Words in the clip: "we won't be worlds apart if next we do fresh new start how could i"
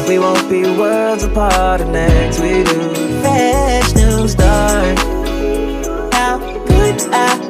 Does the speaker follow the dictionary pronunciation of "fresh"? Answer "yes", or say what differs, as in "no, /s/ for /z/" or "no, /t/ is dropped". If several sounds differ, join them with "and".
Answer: no, /ɹ/ is dropped